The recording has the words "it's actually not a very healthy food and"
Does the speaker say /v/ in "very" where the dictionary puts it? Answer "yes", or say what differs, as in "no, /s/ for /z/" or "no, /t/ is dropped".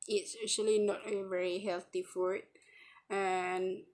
yes